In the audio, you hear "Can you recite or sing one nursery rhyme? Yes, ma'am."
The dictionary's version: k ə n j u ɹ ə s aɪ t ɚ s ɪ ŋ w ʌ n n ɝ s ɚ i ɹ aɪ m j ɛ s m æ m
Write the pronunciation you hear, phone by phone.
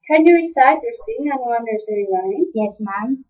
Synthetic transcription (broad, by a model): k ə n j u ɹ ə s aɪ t ɚ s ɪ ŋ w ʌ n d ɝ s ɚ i l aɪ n j ɛ s m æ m